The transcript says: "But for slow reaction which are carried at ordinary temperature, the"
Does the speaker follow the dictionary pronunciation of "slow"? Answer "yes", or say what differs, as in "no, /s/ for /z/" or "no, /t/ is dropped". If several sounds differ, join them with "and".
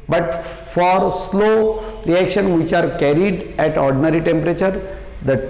yes